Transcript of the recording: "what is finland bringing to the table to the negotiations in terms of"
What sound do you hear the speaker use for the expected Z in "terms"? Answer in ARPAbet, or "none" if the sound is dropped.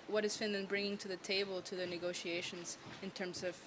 Z